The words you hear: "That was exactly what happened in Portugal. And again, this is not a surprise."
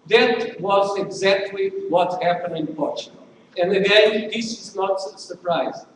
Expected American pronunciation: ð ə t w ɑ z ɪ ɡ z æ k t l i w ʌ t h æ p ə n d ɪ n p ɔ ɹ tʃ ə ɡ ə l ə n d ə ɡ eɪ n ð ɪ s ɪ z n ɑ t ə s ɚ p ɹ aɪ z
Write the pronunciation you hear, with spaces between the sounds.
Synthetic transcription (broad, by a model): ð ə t w ɑ z ɪ ɡ z æ k t l i w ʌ t h æ p ə n d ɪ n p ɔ ɹ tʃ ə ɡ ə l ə n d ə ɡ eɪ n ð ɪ s ɪ z n ɑ t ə s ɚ p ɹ aɪ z